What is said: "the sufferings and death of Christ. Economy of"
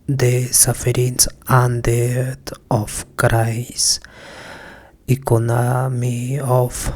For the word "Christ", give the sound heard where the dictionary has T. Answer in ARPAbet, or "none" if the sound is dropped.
none